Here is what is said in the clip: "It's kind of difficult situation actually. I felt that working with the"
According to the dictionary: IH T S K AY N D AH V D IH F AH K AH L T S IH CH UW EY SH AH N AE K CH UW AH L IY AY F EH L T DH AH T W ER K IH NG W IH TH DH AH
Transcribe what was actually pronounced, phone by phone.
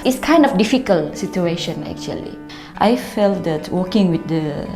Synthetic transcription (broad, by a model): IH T S K AY N D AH F D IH F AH K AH L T S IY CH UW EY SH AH N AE K CH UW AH L IY AY F EH L T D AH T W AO K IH NG W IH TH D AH